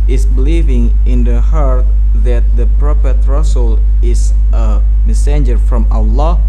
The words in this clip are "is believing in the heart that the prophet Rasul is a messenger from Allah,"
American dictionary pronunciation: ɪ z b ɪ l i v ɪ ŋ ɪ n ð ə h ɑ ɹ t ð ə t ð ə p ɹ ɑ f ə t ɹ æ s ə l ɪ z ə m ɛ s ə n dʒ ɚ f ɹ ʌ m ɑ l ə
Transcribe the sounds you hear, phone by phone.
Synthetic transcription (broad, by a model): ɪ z b ɪ l i v ɪ ŋ ɪ n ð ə h ɑ ɹ t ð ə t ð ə p ɹ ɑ p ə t ɹ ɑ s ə l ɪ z ə m ɛ s ə n dʒ ɚ f ɹ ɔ m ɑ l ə